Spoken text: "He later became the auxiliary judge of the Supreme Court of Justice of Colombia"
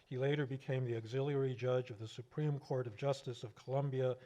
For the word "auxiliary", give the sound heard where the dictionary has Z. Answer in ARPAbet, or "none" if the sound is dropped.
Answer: Z